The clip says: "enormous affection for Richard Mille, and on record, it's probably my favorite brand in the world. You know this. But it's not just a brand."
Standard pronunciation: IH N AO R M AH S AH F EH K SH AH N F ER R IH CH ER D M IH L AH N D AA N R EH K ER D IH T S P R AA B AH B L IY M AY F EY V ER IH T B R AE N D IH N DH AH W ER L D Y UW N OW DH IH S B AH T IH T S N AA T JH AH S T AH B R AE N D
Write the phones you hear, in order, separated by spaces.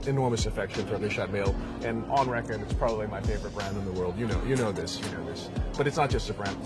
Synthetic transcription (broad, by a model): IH N AO R M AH S AH F EH K SH AH N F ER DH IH SH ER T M IH L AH N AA N R EH K ER D IH T S P R AA B AH B L IY M AY F EY V ER IH T B R AE N D IH N DH AH W ER L D Y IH N OW DH IH S B AH T IH T S N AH T JH AH S T AH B R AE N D